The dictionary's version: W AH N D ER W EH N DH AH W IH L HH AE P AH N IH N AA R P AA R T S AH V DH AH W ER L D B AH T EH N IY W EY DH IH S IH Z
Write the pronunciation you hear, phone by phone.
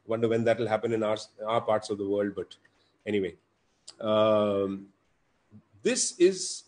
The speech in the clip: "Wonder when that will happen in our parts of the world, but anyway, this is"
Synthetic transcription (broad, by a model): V AH N D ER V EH N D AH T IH L HH AE P AH N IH N AA R P AA R T S AH V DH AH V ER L D B AH T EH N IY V EY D IH S IH Z